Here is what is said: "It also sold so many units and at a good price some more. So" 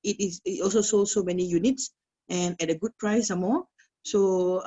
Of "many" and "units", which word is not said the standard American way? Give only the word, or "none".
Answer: none